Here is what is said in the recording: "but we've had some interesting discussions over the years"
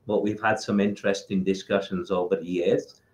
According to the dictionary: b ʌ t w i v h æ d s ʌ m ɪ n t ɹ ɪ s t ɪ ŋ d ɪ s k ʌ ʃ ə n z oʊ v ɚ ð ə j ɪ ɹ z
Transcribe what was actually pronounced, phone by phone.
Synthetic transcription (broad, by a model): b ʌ t w i v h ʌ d s ʌ m ɪ n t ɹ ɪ s t ɪ ŋ d ɪ s k ʌ ʃ ə n z oʊ v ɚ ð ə j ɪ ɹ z